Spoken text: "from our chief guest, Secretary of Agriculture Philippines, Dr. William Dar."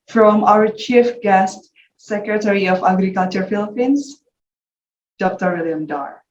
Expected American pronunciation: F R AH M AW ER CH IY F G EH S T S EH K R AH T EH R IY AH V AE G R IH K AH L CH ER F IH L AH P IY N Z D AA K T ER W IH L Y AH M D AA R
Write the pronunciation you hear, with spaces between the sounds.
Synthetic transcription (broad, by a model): F R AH M AW ER CH IY F G EH S T S EH K R AH T EH R IY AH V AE G R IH K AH L CH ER F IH L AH P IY N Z D AA K T ER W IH L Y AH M D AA R